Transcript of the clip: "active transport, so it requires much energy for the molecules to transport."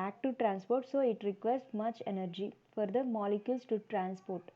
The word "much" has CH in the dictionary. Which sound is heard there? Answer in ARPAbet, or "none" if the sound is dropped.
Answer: CH